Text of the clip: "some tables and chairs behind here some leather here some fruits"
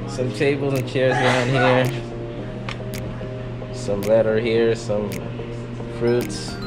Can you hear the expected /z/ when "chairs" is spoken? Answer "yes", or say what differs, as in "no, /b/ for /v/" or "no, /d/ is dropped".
yes